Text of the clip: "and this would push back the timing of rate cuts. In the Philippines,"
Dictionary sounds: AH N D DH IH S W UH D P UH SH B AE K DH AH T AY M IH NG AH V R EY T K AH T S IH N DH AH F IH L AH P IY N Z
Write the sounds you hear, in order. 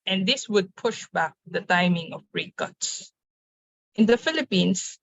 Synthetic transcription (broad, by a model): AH N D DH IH S W UH D P UH SH B AE K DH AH T AY M IH NG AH B R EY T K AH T S IH N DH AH F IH L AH P IY N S